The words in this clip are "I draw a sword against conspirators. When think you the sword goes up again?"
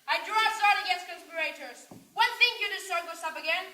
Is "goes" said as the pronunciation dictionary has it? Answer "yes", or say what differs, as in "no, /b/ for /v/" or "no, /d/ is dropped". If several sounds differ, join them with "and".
no, /s/ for /z/